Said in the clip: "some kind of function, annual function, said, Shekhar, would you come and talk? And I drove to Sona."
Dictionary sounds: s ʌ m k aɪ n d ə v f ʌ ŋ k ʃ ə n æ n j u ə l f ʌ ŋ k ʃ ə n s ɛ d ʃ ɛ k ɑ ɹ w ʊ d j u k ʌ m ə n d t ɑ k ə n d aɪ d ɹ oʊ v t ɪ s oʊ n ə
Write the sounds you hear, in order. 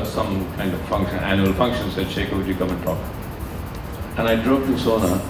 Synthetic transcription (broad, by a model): s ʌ m k aɪ n d ə v f ʌ ŋ k ʃ ə n æ n j u ə l f ʌ ŋ k ʃ ə n s ɛ d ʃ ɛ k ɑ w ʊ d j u k ʌ m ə n t ɑ k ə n aɪ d ɹ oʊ p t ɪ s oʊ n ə